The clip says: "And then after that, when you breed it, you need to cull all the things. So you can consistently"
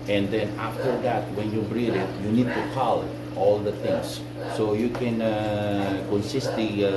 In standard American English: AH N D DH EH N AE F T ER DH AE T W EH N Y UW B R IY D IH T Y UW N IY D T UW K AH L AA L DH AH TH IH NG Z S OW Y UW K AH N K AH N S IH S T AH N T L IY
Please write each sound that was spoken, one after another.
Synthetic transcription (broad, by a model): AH N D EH N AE F T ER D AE T W EH N Y UW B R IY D IH T Y UW N IY D T UW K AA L AA L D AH T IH NG S OW Y UW K AH N K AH N S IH S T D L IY